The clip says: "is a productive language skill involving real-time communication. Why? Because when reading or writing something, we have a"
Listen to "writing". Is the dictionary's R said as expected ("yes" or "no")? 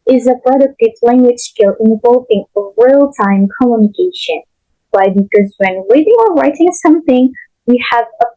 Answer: yes